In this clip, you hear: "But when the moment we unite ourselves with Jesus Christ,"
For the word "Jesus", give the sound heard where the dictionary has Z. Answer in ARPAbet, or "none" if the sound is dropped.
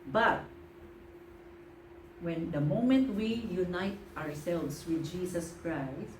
S